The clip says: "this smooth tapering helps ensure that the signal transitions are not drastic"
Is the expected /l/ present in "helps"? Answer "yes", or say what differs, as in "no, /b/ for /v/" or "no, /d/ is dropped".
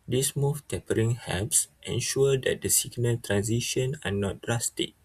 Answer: no, /l/ is dropped